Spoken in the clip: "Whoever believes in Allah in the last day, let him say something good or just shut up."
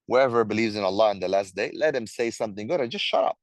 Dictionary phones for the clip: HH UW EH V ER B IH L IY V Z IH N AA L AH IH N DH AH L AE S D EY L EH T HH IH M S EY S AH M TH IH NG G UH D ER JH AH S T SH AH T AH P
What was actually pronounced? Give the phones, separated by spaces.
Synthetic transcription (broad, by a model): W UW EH V ER B IH L IY V Z IH N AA L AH IH N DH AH L AE S D EY L EH T HH IH M S EY S AH M TH IH NG G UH D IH JH AH S T SH AH T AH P